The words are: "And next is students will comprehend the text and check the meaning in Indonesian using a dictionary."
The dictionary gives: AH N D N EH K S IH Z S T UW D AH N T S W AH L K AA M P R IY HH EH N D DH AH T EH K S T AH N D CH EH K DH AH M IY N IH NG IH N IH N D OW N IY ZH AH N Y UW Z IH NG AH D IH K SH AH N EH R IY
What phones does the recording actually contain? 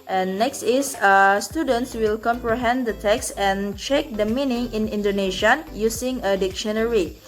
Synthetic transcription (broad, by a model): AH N N EH K S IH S S T UW D AH N T S W AH L K AA M P R IY HH EH N D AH T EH K S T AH N CH EH K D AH M IY N IH NG IH N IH N D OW N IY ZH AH N Y UW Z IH NG AH D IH K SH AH N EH R IY